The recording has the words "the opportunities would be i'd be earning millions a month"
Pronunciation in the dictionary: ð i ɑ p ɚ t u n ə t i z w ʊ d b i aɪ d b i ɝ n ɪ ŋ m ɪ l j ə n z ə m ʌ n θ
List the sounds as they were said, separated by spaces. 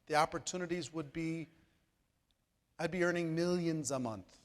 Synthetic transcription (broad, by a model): ð i ɑ p ɚ t u n ə t i z w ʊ d b i aɪ d b i ɝ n ɪ ŋ m ɪ l j ə n z ə m ʌ n θ